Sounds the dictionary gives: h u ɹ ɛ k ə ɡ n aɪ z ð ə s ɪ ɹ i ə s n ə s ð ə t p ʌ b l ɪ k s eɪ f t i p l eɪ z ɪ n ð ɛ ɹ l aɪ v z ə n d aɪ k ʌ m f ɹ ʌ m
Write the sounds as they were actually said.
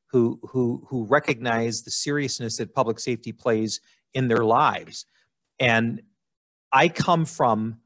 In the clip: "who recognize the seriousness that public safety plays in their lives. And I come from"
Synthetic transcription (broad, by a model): h u ɹ ɛ k ə ɡ n aɪ z ð ə s ɪ ɹ i ə s n ə s ð ə t p ʌ b l ɪ k s eɪ f t i p l eɪ z ɪ n ð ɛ ɹ l aɪ v z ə n aɪ k ʌ m f ɹ ʌ m